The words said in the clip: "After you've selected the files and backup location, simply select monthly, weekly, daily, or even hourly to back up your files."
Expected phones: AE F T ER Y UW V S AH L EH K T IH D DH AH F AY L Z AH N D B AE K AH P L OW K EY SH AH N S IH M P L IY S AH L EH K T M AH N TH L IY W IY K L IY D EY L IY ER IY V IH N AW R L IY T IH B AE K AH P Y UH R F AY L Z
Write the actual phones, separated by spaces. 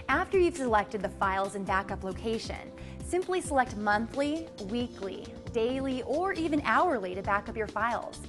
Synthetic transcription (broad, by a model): AE F T ER Y UW V S AH L EH K T IH D DH AH F AY L Z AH N B AE K AH P L OW K EY SH AH N S IH M P L IY S AH L EH K T M AH N TH L IY W IY K L IY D EY L IY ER IY V IH N AW R L IY T IH B AE K AH P Y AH R F AY L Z